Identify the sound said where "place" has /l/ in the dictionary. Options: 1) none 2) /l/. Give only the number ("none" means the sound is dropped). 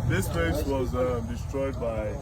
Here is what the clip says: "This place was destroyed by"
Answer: 1